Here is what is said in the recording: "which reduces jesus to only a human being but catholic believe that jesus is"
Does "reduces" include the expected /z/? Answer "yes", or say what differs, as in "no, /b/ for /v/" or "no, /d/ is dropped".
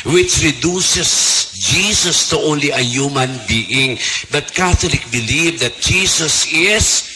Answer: no, /s/ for /z/